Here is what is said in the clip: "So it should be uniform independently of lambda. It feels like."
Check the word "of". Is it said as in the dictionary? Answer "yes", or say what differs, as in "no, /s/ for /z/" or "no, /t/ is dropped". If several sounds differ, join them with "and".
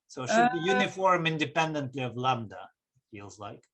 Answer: yes